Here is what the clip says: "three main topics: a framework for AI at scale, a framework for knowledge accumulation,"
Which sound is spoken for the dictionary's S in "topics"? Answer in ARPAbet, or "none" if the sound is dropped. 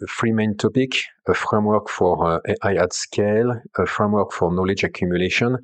none